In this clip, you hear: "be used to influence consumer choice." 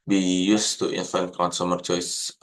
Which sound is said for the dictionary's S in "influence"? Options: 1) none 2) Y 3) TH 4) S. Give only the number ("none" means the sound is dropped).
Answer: 1